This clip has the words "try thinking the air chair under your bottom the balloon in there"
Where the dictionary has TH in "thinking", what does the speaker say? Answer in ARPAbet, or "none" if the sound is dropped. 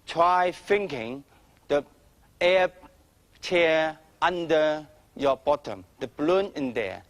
F